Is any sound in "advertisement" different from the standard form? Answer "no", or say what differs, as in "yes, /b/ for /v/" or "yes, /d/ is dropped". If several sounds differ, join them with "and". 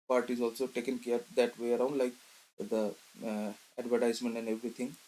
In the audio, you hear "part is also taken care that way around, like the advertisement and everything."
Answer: no